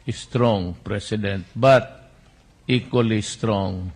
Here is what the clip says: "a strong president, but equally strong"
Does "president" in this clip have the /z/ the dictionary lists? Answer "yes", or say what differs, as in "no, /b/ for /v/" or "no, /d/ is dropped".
no, /s/ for /z/